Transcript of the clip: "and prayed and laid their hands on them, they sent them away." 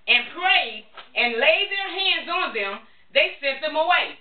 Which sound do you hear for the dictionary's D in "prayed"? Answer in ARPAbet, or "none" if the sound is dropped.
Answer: none